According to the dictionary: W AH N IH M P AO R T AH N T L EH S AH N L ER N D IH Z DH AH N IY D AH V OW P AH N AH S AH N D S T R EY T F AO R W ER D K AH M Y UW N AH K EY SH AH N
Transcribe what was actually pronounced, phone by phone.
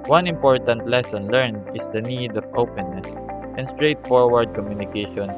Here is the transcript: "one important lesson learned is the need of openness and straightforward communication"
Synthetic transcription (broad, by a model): W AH N IH M P AO R T AH N T L EH S AH N L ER N IH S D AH N IY D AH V OW P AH N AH S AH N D S T R EY T F AO R W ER D K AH M Y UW N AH K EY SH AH N